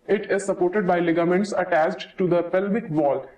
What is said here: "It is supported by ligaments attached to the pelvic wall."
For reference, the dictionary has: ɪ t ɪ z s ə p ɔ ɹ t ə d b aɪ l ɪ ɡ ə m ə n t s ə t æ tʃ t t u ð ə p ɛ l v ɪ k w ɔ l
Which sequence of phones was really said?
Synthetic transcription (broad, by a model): ɪ t ɪ z s ə p ɔ ɹ t ə d b aɪ l ɪ ɡ ə m ə n t s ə t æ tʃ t t u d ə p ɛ l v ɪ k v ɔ l